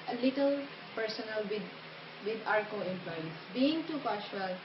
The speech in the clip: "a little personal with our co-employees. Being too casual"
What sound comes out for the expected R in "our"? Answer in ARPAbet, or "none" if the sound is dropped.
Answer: R